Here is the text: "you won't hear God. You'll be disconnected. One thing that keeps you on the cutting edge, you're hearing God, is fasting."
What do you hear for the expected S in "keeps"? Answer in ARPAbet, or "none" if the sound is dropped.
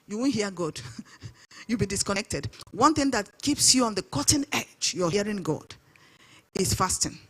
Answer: S